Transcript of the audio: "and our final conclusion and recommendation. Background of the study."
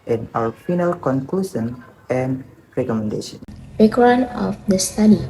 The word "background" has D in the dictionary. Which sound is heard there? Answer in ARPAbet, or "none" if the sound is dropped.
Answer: none